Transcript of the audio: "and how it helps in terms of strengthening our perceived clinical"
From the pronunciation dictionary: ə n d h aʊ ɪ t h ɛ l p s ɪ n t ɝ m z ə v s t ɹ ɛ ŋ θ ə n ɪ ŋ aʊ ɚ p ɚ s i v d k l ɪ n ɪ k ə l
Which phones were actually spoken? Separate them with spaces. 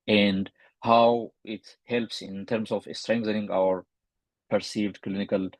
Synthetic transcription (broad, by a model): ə n d h aʊ ɪ t h ɛ l p s ɪ n t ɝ m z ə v s t ɹ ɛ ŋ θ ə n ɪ ŋ aʊ ɚ p ɚ s i v d k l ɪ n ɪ k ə l